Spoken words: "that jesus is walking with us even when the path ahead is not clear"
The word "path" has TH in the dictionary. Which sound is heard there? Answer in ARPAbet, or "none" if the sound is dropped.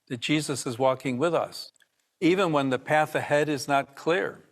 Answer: TH